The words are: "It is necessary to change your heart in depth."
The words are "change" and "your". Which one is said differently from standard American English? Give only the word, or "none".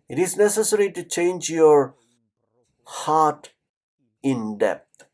none